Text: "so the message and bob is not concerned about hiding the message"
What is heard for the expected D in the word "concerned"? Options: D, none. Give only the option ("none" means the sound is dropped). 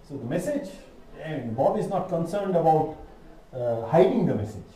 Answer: D